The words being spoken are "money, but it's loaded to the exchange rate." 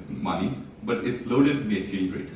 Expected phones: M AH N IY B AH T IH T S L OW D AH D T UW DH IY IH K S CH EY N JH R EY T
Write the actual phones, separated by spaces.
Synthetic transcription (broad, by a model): M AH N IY B AH T IH T S L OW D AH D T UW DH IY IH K CH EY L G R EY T